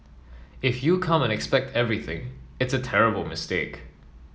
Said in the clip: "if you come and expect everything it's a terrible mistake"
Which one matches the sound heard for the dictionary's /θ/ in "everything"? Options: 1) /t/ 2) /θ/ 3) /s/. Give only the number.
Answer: 2